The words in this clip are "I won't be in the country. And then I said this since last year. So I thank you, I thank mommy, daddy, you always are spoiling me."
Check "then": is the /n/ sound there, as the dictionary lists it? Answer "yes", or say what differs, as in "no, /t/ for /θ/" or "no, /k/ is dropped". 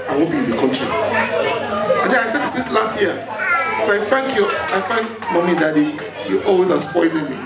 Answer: no, /n/ is dropped